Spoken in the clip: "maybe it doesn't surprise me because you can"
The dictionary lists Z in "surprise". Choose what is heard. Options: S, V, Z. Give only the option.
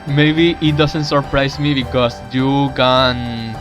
S